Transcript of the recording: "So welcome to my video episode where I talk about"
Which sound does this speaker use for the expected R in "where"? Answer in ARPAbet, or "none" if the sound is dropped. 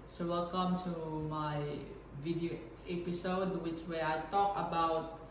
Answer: W